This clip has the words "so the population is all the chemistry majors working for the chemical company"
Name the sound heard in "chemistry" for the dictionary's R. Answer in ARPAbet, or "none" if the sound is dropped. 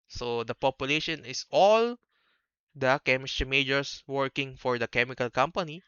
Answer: none